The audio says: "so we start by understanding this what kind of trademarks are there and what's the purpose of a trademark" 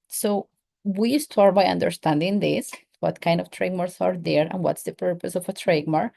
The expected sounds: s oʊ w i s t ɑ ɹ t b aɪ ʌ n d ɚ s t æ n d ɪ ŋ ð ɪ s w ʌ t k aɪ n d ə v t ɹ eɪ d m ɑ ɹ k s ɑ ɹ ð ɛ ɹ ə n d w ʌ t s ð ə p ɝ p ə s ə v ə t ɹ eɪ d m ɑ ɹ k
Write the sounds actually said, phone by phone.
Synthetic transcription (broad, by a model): s oʊ w i s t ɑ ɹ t b aɪ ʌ n d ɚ s t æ n d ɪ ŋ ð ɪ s w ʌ t k aɪ n d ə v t ɹ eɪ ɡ m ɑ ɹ s ɑ ɹ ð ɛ ɹ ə n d w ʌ t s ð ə p ɝ p ə s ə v ə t ɹ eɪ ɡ m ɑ ɹ